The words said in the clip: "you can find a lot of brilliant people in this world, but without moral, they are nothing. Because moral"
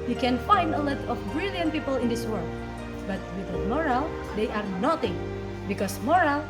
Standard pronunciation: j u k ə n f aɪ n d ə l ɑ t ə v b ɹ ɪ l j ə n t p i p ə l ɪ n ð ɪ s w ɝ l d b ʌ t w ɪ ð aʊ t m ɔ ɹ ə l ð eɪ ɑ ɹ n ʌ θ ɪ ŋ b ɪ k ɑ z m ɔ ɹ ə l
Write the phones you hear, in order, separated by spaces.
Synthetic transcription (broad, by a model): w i k ə n f aɪ n d ə l ɑ t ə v b ɹ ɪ l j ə n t p i p ə l ɪ n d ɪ s w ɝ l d b ʌ t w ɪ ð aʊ m ɔ ɹ ə l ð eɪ ɑ ɹ n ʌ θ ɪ ŋ b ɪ k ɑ s m ɔ ɹ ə l